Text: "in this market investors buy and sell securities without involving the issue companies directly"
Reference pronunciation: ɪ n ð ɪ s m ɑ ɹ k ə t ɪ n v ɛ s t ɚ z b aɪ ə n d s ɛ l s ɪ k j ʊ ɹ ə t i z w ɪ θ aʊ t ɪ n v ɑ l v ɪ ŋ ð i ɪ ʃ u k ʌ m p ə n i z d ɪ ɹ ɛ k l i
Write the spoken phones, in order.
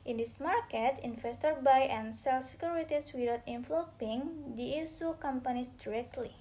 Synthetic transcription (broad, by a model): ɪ n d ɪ s m ɑ ɹ k ə t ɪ n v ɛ s t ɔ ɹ b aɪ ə n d s ɛ l s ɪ k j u ɹ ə t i s w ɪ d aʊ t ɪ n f l p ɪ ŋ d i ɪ s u k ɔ m p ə n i s d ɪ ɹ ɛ k l i